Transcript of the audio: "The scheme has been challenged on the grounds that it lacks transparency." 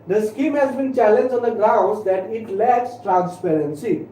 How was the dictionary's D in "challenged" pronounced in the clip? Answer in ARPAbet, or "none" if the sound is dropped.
none